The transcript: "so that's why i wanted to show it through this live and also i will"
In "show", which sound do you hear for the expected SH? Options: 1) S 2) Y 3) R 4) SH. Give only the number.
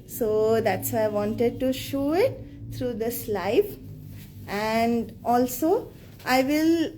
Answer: 4